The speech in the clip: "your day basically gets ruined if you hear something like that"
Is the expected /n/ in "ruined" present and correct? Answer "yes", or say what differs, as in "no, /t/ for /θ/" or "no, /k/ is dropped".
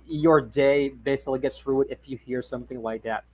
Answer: no, /n/ is dropped